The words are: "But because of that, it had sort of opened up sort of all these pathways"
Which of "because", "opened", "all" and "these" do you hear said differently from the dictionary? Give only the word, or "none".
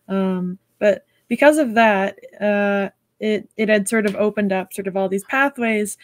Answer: none